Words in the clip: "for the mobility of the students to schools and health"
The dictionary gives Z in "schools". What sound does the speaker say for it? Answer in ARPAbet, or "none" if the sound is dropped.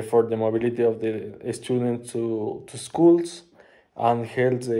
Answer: S